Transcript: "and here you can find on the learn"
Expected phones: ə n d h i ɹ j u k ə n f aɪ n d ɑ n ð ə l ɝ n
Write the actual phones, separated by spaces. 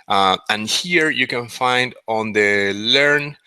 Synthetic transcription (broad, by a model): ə n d h i ɹ j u k ə n f aɪ n d ɑ n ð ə l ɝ n